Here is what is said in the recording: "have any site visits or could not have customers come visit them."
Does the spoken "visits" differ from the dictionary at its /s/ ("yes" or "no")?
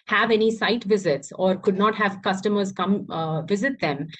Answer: no